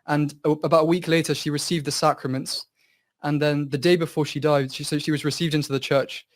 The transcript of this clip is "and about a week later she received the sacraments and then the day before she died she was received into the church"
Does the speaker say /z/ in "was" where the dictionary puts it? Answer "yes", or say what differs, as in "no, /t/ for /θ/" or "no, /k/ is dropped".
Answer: yes